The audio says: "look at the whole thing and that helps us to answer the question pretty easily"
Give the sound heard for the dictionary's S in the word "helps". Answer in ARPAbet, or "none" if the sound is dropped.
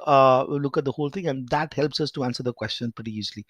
S